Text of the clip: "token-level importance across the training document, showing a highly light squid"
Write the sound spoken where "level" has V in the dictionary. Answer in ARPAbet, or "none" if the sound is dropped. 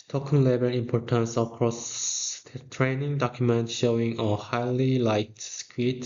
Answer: B